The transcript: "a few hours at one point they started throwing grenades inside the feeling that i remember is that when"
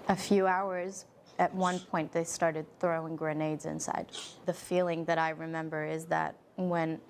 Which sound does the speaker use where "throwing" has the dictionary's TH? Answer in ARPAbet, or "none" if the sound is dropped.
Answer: TH